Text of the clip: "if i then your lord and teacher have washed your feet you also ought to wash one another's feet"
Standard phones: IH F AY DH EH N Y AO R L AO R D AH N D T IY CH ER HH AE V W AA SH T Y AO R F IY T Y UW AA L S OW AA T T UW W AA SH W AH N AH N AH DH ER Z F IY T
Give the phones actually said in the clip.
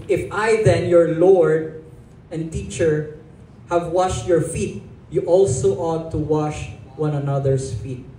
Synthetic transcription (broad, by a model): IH F AY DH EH N Y AO R L AO R D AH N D T IY CH ER HH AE V W AA SH T Y AO R F IY T Y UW AA L S OW AA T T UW W AA SH W AH N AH N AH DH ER S F IY T